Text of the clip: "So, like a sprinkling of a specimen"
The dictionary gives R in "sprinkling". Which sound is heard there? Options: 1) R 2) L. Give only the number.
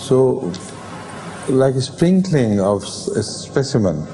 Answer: 1